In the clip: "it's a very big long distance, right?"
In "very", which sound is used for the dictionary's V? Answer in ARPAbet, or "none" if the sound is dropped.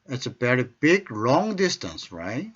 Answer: B